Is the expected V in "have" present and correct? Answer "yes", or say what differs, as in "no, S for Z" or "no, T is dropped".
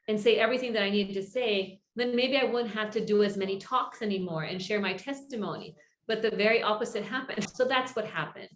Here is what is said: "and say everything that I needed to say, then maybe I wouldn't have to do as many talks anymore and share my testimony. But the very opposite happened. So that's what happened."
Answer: no, F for V